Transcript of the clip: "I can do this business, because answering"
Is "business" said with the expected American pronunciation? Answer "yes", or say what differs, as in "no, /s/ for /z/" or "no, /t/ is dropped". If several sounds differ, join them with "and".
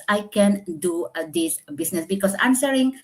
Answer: no, /s/ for /z/